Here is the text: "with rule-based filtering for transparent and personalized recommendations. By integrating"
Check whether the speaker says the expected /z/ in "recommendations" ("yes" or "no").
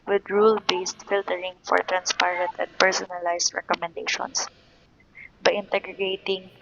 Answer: no